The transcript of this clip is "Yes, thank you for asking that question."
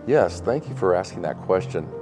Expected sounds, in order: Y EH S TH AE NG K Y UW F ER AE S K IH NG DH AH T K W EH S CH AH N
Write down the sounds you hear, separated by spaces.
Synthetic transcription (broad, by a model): Y EH S TH AE NG K Y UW F ER AE S K IH NG DH AH T K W EH S CH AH N